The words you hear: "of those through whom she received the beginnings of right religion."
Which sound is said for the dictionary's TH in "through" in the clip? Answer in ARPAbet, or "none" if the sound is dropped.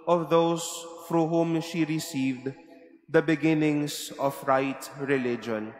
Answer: F